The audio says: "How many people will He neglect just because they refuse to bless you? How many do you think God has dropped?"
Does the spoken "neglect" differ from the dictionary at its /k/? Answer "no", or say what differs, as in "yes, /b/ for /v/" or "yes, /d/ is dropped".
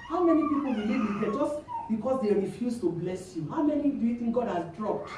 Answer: yes, /k/ is dropped